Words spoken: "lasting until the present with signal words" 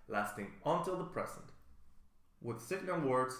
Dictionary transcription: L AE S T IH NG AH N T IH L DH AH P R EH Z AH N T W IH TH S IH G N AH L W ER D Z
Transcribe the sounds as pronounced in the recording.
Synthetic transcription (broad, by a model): L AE S T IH NG AH N T IH L DH AH P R EH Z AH N T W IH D S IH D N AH N W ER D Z